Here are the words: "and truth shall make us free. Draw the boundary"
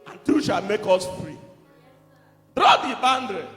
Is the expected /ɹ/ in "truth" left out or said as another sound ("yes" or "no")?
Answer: yes